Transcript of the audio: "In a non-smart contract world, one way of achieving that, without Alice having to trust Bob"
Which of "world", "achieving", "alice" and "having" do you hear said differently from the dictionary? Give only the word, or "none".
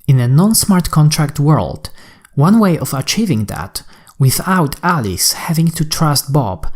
none